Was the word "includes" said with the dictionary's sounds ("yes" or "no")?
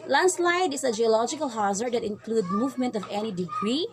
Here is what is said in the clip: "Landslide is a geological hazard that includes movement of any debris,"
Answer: no